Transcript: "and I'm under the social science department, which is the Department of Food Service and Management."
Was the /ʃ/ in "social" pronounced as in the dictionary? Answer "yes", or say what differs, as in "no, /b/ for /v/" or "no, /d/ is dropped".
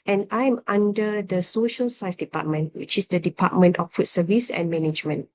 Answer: yes